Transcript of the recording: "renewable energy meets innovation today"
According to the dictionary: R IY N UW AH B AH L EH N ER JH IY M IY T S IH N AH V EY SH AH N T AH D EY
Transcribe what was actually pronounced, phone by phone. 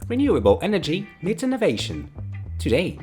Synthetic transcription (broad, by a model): R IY N UW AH B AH L EH N ER JH IY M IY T IH N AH V EY SH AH N T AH D EY